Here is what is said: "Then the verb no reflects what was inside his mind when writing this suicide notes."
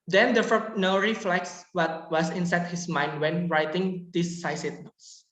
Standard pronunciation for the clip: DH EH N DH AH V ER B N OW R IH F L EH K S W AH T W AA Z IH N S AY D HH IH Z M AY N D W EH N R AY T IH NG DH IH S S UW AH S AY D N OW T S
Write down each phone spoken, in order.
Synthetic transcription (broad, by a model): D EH N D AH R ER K N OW R IH F L EH K S W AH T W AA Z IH N S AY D HH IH S M AY N D W EH N R AY T IH NG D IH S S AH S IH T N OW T S